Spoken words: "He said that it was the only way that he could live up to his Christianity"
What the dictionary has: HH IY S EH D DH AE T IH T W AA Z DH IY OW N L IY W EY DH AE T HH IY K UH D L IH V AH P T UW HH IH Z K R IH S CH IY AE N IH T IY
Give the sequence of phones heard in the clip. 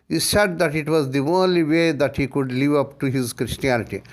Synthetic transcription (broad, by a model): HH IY S EH D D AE T IH T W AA Z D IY OW N L IY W EY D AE T HH IY K UH D L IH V AH P T UW HH IH Z K R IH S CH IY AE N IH T IY